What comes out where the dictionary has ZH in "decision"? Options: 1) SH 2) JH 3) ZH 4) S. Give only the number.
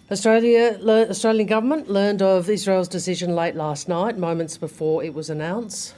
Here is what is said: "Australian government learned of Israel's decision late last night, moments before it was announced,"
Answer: 3